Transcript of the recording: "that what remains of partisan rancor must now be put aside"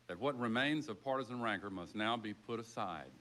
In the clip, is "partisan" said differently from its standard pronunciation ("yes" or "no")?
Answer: no